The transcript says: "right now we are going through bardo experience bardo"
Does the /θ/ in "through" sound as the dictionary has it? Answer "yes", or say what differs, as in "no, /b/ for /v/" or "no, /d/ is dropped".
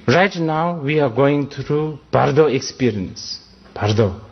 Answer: no, /t/ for /θ/